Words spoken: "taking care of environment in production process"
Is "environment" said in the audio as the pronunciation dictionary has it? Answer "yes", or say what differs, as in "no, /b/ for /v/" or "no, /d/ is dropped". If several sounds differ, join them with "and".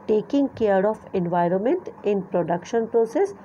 yes